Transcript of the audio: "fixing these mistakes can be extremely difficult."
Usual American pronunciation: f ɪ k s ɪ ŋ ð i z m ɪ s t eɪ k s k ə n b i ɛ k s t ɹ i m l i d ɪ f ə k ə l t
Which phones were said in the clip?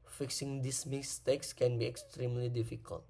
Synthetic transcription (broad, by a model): f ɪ k s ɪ ŋ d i s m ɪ s t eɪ k s k ə n b i ɛ k s t ɹ i m l i d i f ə k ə l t